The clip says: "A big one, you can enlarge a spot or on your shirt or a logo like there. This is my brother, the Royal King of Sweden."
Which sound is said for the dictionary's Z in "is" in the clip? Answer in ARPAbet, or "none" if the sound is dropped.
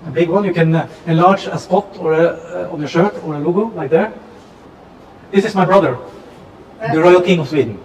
S